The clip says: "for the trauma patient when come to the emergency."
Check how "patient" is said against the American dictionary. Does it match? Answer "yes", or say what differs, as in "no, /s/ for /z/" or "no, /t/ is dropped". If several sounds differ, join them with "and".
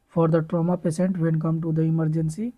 no, /s/ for /ʃ/